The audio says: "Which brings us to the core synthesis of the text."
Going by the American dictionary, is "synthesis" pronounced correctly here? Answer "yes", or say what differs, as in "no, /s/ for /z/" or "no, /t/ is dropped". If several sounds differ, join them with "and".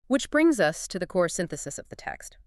yes